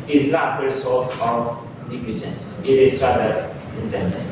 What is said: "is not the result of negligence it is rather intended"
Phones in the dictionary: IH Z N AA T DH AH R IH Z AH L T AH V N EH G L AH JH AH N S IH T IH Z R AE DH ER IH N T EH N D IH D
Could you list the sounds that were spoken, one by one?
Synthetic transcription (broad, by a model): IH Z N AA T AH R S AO T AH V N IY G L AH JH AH N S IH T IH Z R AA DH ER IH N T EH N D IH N